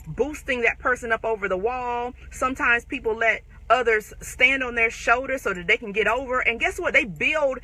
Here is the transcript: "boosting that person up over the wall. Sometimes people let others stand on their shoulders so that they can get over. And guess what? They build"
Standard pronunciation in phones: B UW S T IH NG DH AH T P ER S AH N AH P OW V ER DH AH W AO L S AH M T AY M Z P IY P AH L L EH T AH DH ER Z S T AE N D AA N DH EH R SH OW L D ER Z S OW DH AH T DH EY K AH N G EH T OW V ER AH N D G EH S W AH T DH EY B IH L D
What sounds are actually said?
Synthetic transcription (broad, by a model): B UW S T IH NG DH AH T P ER S AH N AH P OW V ER DH AH W AO L S AH M T AY M Z P IY P L L EH T AH DH ER Z S T AE N D N DH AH R SH OW L D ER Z S OW DH AH T DH EY K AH N G EH T OW V ER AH N G EH S W AH T DH EY B IH L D